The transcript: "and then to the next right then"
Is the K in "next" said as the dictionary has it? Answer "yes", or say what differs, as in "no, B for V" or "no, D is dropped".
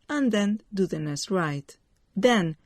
no, K is dropped